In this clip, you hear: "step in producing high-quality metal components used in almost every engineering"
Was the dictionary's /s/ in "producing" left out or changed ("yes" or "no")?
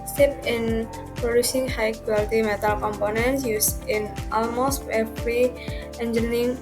no